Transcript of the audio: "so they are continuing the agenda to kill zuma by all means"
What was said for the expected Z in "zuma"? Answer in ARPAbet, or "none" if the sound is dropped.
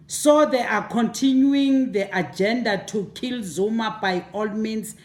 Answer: Z